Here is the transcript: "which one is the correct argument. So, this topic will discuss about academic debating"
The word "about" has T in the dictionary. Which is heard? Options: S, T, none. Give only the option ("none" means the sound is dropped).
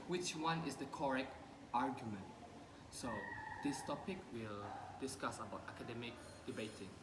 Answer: T